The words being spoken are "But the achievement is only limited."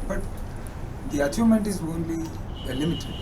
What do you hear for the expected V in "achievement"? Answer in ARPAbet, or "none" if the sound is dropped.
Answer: none